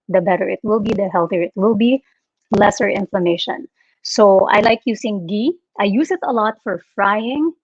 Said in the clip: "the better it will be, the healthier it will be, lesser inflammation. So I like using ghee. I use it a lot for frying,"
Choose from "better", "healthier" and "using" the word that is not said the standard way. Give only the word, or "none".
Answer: using